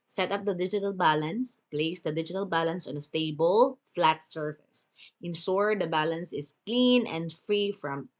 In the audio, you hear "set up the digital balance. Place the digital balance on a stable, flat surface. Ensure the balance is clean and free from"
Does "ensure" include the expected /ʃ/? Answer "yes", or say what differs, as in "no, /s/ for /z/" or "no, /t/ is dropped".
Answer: no, /s/ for /ʃ/